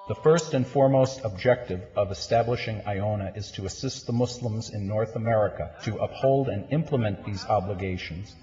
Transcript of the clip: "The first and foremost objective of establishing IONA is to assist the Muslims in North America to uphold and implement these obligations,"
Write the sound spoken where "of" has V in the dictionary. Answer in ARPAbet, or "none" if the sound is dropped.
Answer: V